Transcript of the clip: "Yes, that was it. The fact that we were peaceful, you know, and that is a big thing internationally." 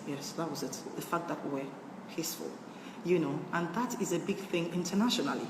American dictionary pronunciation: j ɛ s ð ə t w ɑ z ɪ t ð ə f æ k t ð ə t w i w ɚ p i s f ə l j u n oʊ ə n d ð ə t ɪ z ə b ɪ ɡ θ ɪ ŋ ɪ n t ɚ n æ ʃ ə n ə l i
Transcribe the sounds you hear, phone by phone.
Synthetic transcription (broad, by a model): j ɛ s ð ə t w ɑ z ɪ t ð ə f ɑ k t ð ə t w i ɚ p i s f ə l j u n oʊ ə n ð ə t ɪ z ə b ɪ ɡ θ ɪ ŋ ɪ n t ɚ n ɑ ʃ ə n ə l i